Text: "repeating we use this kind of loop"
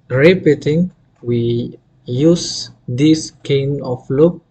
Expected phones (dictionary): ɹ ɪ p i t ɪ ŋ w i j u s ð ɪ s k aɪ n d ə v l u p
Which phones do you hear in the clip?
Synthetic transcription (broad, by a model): ɹ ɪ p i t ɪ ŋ w i j u s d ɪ s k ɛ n ə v l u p